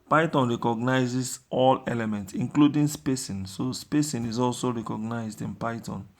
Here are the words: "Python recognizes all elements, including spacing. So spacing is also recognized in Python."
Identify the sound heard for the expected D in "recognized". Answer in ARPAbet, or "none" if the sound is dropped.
D